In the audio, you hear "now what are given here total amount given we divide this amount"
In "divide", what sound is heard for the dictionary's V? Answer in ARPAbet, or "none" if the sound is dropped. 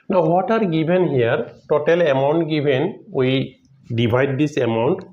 B